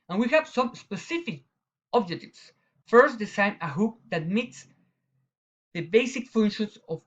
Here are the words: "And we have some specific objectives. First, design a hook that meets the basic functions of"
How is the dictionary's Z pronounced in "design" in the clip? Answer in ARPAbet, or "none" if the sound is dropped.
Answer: S